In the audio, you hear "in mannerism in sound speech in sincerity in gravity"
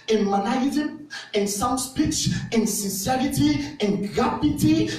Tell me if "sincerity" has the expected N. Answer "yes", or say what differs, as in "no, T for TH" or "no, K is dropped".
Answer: yes